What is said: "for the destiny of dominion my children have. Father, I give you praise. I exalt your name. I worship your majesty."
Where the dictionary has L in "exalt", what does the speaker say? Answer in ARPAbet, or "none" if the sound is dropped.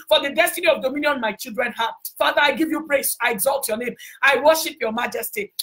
L